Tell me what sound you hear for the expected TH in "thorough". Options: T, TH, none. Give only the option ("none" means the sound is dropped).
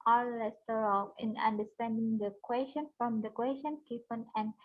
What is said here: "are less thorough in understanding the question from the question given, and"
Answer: T